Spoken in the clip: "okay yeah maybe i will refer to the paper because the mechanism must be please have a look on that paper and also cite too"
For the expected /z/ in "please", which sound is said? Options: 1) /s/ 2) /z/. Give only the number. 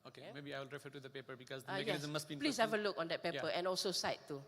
1